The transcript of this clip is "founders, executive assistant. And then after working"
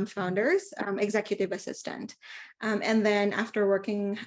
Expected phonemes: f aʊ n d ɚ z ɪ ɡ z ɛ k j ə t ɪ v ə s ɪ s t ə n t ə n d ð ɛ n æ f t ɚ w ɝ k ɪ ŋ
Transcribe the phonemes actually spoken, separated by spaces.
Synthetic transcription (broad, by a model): f aʊ n d ɚ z ɪ ɡ z ɛ k j ə t ɪ v ə s ɪ s t ə n t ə n ð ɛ n æ f t ɚ w ɝ k ɪ ŋ